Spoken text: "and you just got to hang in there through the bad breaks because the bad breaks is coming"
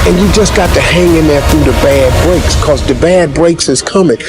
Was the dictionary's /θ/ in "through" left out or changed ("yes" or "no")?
no